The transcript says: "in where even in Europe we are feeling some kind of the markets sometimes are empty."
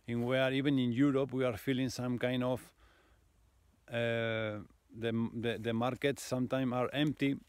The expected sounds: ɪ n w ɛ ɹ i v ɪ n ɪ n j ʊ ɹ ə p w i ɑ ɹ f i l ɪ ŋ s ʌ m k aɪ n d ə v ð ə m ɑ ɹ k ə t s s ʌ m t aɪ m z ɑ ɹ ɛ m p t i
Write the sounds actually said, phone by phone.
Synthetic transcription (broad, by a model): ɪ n w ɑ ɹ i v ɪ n ɪ n j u ɹ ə p w i ɑ ɹ f i l ɪ ŋ s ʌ m k aɪ n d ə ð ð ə m ɑ ɹ k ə t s s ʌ m t aɪ m ɑ ɹ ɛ m p t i